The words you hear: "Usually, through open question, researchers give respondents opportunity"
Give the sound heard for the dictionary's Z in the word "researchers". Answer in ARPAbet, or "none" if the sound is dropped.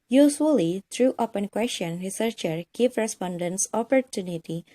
none